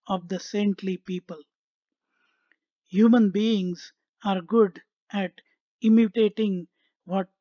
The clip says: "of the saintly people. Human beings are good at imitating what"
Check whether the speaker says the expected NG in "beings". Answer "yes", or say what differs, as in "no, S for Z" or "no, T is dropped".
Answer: yes